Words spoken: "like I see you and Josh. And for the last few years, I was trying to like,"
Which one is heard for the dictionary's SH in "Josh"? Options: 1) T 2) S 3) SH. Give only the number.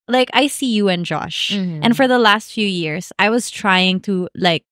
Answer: 3